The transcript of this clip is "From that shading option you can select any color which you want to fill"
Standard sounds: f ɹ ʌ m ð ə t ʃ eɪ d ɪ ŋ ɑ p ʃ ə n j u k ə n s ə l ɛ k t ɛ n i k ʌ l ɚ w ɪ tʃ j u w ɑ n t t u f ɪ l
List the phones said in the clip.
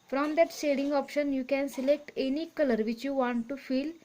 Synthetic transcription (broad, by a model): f ɹ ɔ m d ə t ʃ eɪ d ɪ ŋ ɑ p ʃ ə n j u k ə n s ə l ɛ k t ɛ n i k ʌ l ɚ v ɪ tʃ j u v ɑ n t t u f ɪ l